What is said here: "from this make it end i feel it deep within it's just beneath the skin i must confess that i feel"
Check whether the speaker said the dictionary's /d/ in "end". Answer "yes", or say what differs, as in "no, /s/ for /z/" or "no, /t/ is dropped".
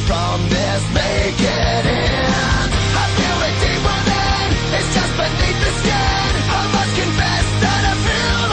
no, /d/ is dropped